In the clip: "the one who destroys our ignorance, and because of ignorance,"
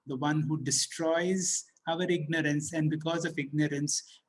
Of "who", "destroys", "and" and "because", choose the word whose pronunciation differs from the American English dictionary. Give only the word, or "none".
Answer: none